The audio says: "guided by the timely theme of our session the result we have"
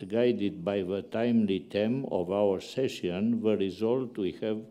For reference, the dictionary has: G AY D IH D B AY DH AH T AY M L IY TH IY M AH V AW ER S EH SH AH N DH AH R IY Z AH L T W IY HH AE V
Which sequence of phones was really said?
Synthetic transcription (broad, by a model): G AY D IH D B AY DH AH T AY M L IY T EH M AH V AW ER S EH SH AH N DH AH R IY Z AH L T W IY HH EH V